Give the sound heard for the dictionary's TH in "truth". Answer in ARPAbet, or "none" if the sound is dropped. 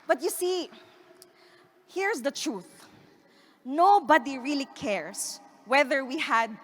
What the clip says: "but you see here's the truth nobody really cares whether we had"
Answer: TH